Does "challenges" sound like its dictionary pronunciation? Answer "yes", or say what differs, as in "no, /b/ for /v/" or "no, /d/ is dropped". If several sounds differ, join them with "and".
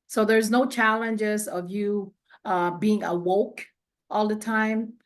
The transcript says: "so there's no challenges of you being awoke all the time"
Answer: yes